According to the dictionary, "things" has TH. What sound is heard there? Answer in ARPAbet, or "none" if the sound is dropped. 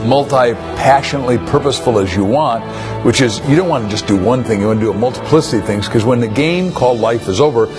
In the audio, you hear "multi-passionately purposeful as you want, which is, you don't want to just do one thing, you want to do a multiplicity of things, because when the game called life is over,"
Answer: TH